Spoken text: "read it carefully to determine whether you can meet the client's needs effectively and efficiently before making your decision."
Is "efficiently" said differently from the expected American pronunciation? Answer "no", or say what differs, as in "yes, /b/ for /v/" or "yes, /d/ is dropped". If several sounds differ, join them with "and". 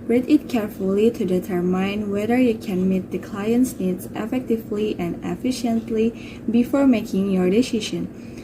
no